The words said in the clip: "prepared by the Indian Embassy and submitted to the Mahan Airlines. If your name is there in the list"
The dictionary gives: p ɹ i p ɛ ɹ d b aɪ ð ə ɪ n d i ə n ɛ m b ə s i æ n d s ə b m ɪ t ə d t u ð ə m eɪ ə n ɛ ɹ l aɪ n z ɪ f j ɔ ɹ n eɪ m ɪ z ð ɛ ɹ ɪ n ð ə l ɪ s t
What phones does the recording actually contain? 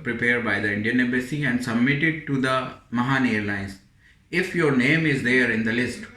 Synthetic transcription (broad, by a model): p ɹ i p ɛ ɹ d b aɪ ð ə ɪ n d i ə n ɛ b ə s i æ n d s ə b m ɪ t ə d t u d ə m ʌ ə n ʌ ɹ l aɪ n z ɪ f j ɔ ɹ n eɪ m ɪ z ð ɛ ɹ ɪ n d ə l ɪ s t